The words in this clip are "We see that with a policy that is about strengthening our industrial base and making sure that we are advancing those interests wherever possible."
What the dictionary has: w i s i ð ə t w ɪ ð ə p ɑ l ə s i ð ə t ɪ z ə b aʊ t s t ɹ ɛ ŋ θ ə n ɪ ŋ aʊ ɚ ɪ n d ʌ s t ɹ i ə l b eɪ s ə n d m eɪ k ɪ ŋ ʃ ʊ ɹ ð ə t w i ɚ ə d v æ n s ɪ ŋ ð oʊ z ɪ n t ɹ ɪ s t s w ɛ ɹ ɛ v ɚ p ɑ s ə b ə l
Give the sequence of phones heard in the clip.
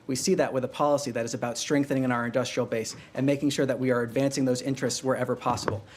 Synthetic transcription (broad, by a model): w i s i ð ə t w ɪ ð ə p ɑ l ə s i ð ə t ɪ z ə b aʊ t s t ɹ ɛ ŋ θ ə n ɪ ŋ aʊ ɚ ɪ n d ʌ s t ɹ i l b eɪ s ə n m eɪ k ɪ ŋ ʃ ʊ ɹ ð ə t w i ɚ ə d v æ n s ɪ ŋ ð oʊ z ɪ n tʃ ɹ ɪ s t s w ɛ ɹ ɛ v ɚ p ɑ s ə b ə l